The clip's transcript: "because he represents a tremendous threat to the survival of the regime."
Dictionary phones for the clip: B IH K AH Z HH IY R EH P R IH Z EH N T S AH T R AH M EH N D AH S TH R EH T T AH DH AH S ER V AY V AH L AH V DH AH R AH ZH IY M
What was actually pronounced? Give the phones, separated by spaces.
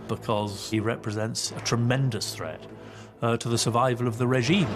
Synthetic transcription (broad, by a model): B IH K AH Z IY R EH P R IH Z EH N T S AH T R AH M EH N D AH S TH R EH T T AH DH AH S ER V AY V AH L AH V DH AH R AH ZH IY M